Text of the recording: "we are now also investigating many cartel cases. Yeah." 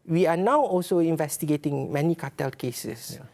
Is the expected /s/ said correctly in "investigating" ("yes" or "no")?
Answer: yes